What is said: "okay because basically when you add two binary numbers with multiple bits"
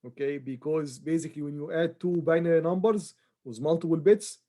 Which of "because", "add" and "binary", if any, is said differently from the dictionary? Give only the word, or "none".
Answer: none